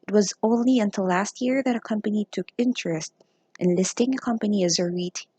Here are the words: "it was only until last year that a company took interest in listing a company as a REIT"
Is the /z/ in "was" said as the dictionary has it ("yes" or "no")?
yes